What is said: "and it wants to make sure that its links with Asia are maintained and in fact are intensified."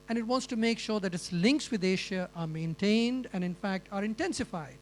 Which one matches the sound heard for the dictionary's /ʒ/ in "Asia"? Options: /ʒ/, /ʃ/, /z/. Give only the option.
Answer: /ʃ/